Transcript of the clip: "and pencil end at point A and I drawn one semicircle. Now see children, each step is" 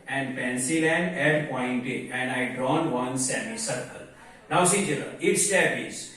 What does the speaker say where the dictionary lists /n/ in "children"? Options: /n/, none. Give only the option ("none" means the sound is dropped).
none